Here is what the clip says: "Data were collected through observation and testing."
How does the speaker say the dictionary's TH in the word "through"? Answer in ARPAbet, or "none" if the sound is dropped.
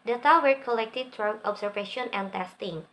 T